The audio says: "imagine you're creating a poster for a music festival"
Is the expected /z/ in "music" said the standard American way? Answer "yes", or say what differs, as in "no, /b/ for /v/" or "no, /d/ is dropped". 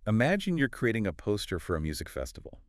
yes